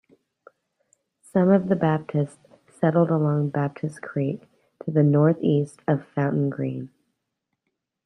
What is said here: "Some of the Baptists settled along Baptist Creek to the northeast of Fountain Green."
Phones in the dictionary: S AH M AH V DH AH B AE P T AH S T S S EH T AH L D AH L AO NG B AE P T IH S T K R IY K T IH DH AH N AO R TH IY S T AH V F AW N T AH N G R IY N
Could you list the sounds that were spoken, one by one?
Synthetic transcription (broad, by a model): S AH M AH V DH AH B AE P T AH S T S S EH T L D AH L AO NG B AE P T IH S K R IY K T IH DH AH N AO R TH IY S T AH V F AW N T N G R IY N